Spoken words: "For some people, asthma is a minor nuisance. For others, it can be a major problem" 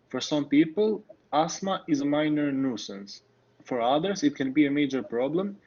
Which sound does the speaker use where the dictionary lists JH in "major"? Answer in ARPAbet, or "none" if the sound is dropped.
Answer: JH